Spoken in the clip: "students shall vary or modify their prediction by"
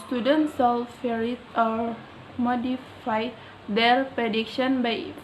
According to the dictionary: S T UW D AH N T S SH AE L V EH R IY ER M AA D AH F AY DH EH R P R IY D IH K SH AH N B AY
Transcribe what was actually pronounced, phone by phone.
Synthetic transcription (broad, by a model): S T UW D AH N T S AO L F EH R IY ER M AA D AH F AY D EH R P R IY D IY K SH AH N B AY